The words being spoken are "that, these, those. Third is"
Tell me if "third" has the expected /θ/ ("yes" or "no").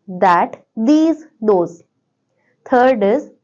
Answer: no